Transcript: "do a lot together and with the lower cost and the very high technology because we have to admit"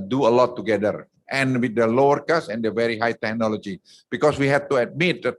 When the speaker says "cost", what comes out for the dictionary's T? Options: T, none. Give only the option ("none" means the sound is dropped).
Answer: none